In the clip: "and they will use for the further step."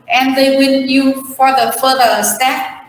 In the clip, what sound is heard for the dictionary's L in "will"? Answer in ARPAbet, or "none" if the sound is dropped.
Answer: N